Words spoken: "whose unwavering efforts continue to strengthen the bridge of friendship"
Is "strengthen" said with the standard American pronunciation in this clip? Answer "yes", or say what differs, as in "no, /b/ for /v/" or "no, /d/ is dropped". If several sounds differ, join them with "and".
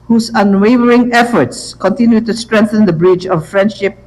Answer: yes